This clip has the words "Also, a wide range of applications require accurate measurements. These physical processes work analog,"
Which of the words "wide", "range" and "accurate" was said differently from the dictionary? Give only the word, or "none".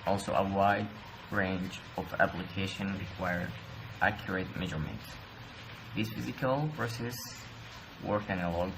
none